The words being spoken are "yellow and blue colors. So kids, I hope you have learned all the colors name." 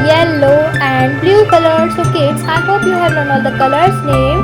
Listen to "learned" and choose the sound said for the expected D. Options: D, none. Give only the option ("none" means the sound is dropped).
none